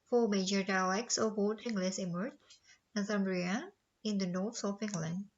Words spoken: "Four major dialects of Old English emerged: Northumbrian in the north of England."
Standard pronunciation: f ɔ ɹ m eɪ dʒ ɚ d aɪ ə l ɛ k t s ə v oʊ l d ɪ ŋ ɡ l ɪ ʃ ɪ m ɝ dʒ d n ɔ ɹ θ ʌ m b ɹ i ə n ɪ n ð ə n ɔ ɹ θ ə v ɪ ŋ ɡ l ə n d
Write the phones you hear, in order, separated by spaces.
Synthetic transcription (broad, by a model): f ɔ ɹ m eɪ dʒ ɚ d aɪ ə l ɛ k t s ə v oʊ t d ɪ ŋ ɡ l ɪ s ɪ m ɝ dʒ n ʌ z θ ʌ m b ɹ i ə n ɪ n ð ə n ɔ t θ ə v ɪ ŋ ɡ l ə n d